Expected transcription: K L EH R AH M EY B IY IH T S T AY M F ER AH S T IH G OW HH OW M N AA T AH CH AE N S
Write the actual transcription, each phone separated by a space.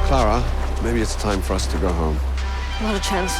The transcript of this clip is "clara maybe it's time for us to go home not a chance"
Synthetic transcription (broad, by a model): K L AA R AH M EY B IY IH T S T AY M F ER AH S T IH G OW HH OW M L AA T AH CH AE N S